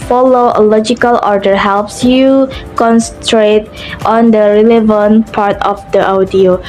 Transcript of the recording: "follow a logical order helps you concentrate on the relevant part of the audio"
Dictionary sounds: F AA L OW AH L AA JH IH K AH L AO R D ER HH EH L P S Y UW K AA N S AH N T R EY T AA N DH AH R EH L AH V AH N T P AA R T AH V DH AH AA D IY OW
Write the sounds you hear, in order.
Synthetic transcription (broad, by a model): F AA L OW AH L AA JH IH K AH L AO R D ER HH EH L P S Y UW K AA N S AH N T R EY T AA N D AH R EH L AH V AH N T P AA R T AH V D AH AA D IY OW